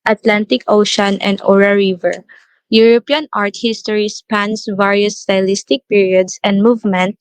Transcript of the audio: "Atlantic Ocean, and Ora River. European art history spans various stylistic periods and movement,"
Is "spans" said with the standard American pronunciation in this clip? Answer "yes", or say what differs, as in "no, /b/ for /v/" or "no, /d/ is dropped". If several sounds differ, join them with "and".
no, /s/ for /z/